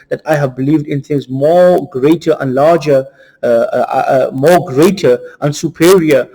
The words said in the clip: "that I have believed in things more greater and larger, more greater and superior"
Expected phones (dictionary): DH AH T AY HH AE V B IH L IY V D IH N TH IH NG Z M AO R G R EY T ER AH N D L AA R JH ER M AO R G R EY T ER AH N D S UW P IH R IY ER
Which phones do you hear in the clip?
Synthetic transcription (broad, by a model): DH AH T AY HH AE V B IH L IY V D IH N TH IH NG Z M AO G R EY T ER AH N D L AA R JH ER M AO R G R EY T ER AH N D S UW P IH R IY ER